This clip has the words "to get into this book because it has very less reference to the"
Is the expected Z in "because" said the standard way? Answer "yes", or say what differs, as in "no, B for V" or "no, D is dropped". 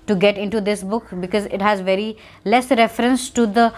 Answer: yes